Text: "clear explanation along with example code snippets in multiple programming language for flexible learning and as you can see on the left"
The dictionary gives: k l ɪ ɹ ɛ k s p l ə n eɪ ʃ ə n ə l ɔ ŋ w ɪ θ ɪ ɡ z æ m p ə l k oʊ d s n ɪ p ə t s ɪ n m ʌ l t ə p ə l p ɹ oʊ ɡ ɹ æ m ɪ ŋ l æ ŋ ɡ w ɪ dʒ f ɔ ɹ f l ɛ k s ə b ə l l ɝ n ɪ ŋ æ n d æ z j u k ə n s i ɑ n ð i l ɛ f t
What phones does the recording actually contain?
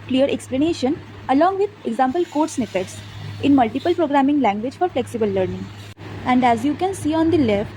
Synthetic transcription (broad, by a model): k l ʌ ɹ ɛ k s p l ə n eɪ ʃ ə n ə l ɔ ŋ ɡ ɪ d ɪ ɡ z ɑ m p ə l k oʊ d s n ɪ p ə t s ɪ n m ʌ l t ə p ə l p ɹ oʊ ɡ ɹ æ m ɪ ŋ l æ ŋ ɡ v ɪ dʒ f ɔ ɹ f l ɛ k s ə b ə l l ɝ n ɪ ŋ æ n d æ z j u k ə n s i ɑ n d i l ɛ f t